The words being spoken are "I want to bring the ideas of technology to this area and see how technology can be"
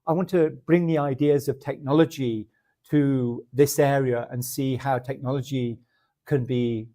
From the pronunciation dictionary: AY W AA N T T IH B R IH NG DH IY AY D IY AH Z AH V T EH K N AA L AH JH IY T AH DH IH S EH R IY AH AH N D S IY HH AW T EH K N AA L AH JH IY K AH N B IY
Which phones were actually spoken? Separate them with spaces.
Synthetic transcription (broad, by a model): AY W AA N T T IH B R IH NG DH IY AY D IY AH Z AH V T EH K N AA L AH JH IY T AH DH IH S EH R IY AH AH N S IY HH AW T EH K N AA L AH JH IY K AH N B IY